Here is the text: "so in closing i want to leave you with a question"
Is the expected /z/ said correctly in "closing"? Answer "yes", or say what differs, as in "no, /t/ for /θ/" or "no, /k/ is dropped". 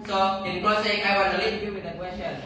no, /s/ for /z/